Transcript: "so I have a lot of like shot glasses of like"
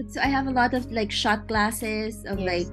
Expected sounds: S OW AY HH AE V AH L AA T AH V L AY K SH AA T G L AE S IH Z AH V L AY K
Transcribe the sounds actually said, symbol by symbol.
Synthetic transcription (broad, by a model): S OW AY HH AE V AH L AA T AH V L AY K SH AA T G L AE S IH Z AH V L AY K